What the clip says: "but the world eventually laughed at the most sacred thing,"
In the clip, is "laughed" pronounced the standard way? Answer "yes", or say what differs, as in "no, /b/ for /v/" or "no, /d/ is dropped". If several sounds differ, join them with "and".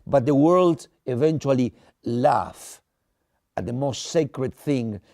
no, /t/ is dropped